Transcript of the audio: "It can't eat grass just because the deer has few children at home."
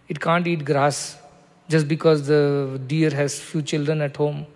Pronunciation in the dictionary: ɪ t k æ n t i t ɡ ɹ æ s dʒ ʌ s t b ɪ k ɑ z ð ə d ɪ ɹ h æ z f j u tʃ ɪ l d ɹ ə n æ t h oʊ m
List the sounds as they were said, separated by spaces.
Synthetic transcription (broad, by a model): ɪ t k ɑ n t i t ɡ ɹ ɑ s dʒ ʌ s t b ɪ k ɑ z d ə d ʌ ɹ h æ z f j u tʃ ɪ l d ɹ ə n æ t h oʊ m